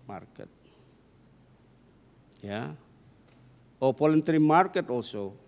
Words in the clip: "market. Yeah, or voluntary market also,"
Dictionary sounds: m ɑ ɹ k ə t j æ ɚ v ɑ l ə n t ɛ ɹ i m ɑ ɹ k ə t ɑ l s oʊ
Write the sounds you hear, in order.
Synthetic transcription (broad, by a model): m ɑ ɹ k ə t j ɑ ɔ p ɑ l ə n t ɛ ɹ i m ɑ ɹ k ə t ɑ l s oʊ